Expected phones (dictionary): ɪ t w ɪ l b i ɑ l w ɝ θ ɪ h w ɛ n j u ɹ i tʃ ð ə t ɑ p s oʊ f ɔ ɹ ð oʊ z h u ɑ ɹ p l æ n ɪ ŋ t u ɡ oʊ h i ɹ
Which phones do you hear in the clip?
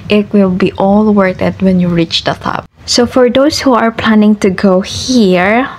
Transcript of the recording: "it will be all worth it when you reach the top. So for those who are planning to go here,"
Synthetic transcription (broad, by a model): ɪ t w ɪ l b i ɑ l w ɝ t ɪ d w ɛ n j u ɹ i tʃ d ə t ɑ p s oʊ f ɔ ɹ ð oʊ s h u ɑ ɹ p l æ n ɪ ŋ t u ɡ oʊ h i ɹ